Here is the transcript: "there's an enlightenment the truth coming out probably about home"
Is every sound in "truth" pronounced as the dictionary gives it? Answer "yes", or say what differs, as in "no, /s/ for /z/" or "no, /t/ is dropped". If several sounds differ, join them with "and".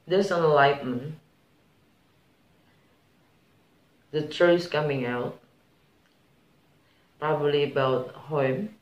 no, /s/ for /θ/